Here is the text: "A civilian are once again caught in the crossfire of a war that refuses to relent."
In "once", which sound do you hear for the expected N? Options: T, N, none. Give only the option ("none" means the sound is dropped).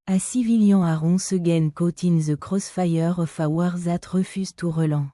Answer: none